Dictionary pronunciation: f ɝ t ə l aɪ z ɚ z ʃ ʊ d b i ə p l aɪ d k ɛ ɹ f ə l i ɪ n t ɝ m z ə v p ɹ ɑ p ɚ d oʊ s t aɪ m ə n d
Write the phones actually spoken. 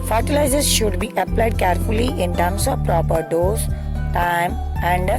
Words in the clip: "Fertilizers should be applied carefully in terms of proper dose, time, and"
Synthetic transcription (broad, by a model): f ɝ t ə l aɪ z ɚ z ʃ ʊ d b i ə p l aɪ d k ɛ ɹ f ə l i ɪ n t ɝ m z ə v p ɹ ɑ p ɚ d oʊ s t aɪ m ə n d